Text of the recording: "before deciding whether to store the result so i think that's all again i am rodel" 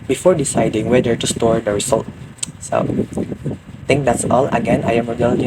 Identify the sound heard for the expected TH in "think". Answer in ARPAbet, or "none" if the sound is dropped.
T